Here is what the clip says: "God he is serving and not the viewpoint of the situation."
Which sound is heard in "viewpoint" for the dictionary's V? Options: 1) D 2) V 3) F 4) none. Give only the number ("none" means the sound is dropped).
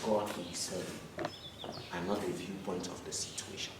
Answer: 2